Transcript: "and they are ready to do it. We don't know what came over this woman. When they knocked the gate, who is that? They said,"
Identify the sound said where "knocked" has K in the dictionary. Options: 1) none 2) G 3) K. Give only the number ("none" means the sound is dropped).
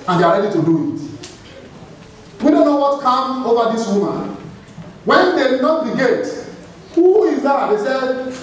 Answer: 1